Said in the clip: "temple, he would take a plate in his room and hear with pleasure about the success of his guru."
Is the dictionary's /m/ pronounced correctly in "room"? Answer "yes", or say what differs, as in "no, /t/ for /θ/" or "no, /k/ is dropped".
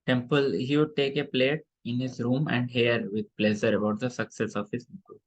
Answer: yes